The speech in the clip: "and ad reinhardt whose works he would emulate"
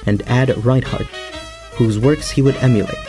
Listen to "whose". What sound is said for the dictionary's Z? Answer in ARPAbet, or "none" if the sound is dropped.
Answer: Z